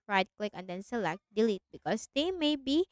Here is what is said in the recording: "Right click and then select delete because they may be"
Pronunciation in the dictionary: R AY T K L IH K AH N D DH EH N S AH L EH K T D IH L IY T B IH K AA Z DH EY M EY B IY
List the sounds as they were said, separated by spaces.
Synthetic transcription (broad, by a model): R AY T K L IH K AH N D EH N S AH L EH K T D IH L IY T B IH K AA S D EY M EY B IY